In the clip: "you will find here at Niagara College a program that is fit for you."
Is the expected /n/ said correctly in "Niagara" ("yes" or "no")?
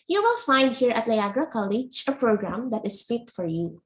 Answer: no